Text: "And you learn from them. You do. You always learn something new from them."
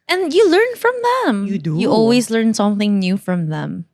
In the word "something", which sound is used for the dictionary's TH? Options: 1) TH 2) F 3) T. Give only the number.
1